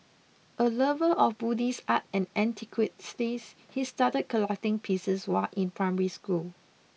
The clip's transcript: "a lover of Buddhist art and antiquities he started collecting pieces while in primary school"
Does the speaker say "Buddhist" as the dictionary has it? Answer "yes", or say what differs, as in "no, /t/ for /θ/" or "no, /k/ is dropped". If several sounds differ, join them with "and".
no, /t/ is dropped